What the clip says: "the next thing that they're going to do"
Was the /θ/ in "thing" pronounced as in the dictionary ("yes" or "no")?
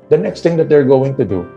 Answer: no